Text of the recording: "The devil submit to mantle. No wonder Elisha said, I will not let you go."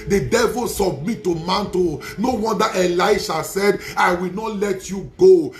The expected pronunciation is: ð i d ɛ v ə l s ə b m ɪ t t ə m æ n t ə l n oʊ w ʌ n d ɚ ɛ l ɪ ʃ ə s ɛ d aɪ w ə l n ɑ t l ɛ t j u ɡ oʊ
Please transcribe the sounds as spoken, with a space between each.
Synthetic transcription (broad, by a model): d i d ɛ v ə l s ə b m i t t ə m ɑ n t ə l n oʊ w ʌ n d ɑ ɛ l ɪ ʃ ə s ɛ d aɪ w ə l n ɑ t l ɛ t j u ɡ oʊ